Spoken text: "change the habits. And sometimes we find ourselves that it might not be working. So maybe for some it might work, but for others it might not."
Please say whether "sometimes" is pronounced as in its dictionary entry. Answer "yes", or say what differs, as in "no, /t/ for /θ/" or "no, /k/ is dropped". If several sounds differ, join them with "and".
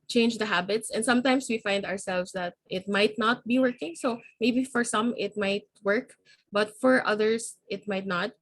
no, /s/ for /z/